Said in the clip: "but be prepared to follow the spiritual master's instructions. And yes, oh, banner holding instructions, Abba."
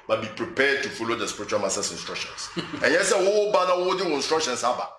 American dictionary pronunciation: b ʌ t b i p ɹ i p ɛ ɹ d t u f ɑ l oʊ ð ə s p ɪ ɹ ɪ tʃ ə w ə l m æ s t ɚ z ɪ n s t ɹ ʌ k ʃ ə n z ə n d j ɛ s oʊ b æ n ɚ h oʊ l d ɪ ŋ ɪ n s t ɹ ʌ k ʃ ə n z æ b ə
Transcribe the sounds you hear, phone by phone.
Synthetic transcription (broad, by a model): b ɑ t b i p ɹ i p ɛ d t u f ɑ l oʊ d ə s p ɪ ɹ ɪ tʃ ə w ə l m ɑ s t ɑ s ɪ n s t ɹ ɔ k ʃ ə n s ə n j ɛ s oʊ b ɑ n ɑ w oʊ d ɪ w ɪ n s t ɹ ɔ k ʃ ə n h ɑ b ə